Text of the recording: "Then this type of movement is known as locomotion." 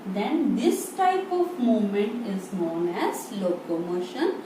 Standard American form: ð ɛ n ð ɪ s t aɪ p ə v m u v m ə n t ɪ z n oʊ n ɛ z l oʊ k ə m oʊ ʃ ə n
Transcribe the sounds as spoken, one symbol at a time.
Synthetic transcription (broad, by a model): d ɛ n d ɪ s t aɪ p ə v m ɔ m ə n t ɪ z n oʊ n ɛ z l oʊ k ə m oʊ ʃ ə n